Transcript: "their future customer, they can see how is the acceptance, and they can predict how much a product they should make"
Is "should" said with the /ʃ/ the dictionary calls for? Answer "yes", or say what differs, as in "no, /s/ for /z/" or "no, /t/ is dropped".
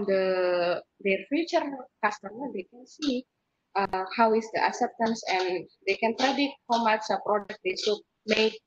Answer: no, /s/ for /ʃ/